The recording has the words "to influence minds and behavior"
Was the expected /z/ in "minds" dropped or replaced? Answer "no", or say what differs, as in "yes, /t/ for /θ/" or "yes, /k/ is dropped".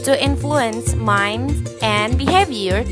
yes, /z/ is dropped